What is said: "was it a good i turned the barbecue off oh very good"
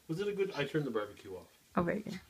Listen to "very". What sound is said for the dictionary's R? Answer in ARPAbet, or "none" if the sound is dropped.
none